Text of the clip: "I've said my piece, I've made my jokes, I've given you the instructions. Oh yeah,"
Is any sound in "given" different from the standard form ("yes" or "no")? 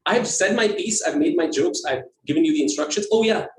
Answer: no